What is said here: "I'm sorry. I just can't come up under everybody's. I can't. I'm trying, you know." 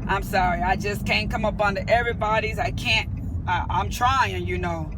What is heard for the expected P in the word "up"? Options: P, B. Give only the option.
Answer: P